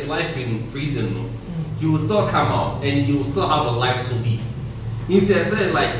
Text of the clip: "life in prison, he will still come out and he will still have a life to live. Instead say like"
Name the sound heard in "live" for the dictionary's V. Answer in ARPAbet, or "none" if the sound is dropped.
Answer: none